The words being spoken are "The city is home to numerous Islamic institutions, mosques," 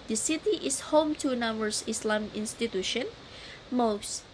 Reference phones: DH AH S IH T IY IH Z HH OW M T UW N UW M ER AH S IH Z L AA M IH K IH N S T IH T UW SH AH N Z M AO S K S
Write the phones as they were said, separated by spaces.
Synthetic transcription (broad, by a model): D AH S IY T IY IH S HH OW M T UW N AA M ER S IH S L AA M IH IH N S T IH T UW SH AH N M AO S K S